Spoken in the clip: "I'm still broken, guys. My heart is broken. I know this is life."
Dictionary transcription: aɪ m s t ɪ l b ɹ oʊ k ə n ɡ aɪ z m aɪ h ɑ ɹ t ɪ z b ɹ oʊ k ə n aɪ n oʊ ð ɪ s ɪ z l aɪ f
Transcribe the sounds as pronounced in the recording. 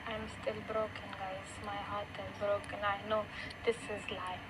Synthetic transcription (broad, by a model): aɪ m s t ɪ l b ɹ oʊ k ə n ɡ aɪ s m aɪ h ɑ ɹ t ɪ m b ɹ oʊ k ə n aɪ n oʊ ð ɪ s ɪ z l aɪ